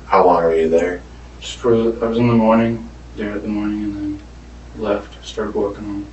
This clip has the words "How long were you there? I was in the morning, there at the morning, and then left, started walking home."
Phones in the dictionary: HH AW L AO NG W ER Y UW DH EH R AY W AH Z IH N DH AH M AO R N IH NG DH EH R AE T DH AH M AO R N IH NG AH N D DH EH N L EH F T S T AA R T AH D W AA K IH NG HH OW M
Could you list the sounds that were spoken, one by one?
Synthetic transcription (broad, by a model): HH AW W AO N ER Y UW DH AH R AY W AH Z IH N DH AH M AO R N IH NG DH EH R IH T DH AH M AO R N IH NG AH N DH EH N L EH F T S T AA R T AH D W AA K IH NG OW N